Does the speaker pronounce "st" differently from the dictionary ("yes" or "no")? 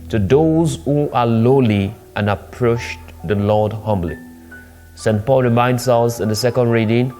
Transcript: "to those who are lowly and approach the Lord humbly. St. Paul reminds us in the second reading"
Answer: no